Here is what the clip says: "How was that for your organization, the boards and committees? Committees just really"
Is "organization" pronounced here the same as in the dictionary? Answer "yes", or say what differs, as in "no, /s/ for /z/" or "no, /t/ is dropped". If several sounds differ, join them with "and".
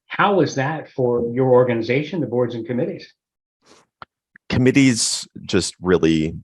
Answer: yes